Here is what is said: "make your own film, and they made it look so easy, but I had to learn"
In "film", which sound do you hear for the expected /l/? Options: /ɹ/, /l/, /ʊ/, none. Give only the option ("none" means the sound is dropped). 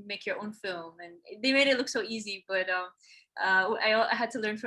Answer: /l/